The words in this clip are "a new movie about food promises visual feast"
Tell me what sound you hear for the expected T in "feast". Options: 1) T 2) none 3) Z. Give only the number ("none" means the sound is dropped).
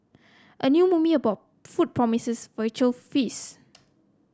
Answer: 2